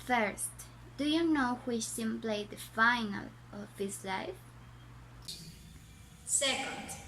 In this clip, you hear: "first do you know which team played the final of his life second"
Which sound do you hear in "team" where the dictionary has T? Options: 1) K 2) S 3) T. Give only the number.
2